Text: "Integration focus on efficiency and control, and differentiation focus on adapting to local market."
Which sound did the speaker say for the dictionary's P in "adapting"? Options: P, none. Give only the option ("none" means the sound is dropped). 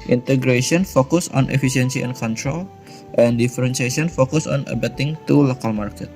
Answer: none